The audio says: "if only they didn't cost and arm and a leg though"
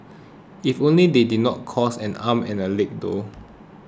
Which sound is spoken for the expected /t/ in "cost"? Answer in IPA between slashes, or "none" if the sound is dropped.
none